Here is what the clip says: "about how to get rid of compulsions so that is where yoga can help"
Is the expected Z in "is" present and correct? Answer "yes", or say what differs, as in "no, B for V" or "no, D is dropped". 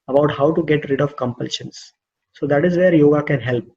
yes